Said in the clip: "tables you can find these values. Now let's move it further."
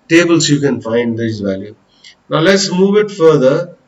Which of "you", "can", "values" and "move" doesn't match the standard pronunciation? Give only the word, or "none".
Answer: values